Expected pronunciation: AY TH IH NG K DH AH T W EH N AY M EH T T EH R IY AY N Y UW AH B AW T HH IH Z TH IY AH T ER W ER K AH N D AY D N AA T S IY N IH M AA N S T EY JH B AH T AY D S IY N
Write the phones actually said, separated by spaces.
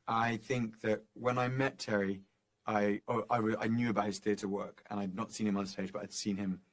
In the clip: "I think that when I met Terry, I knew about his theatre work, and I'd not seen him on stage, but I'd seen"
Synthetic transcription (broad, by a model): AY TH IH NG K DH AH T W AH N AY M EH T T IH W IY AY N Y UW AH B AW T HH IH Z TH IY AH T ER W ER K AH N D AY D N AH T S IY N IH M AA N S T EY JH B AH T AY D S IY N